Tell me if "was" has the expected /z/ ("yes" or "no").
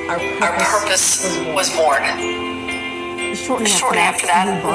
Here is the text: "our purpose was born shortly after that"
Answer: yes